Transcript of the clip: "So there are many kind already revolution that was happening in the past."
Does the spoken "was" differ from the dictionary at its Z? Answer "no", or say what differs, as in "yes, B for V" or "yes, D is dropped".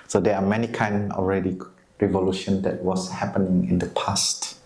yes, S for Z